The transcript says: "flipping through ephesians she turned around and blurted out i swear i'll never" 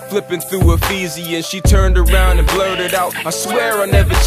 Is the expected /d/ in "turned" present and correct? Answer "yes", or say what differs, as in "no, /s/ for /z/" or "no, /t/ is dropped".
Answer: yes